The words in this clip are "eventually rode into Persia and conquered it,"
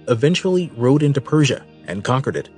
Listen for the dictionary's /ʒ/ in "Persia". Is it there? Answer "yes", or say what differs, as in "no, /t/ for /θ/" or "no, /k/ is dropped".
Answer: yes